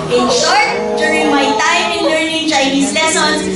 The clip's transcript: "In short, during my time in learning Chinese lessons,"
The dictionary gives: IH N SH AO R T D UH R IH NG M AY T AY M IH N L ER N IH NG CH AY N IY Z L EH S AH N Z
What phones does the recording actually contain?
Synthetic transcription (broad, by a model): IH N SH AO R T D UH R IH NG M AY T AY M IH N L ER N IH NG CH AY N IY S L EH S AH N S